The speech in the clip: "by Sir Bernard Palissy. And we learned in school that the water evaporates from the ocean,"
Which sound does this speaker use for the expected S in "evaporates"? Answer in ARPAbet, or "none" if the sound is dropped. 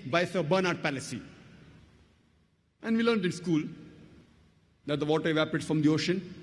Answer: none